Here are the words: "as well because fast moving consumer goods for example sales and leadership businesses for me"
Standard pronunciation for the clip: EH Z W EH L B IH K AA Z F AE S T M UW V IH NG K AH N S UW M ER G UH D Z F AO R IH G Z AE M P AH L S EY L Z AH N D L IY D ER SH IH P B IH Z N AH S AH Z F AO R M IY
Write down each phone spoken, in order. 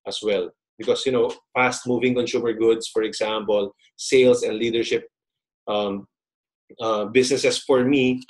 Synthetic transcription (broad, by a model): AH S W EH L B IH K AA S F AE S T M UW V IH NG K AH N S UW M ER G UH D S F AO R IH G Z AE M P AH L S EY L S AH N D L IY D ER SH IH P B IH S N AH S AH S F AO R M IY